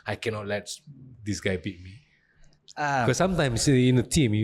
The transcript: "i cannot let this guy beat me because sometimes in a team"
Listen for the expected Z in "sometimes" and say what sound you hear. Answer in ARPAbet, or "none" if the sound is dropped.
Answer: S